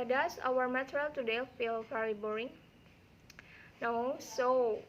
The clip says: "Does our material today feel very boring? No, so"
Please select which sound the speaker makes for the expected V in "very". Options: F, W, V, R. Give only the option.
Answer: F